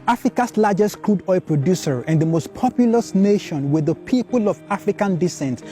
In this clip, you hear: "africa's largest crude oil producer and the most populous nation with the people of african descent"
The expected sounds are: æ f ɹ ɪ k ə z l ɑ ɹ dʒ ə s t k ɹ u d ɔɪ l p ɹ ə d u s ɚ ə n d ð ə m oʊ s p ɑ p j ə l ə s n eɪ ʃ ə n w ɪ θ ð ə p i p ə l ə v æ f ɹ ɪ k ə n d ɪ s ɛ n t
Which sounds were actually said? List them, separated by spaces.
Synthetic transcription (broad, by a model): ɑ f ɹ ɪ k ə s l ɑ dʒ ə s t k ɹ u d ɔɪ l p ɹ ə d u s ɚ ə n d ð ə m oʊ s p ɑ p j ə l ə s n eɪ ʃ ə n w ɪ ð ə p i p ə l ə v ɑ f ɹ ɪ k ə n d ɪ s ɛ n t